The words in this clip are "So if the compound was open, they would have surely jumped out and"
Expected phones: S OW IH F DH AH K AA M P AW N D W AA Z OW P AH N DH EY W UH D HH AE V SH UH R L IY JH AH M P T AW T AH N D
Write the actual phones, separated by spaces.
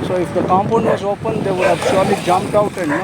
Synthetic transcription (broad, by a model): S OW IH F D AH K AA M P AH N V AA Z OW P AH N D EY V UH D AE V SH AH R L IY JH AH M P T AW T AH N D